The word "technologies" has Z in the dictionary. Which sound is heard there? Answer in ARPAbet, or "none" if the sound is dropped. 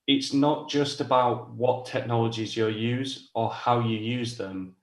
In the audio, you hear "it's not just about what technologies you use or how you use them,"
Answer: Z